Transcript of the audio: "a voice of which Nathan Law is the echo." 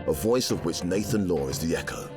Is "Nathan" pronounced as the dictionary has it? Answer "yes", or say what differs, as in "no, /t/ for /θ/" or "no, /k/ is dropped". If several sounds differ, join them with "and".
yes